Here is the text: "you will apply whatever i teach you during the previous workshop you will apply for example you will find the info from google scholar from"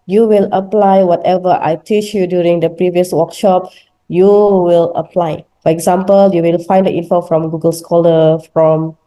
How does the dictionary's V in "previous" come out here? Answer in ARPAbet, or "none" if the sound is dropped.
V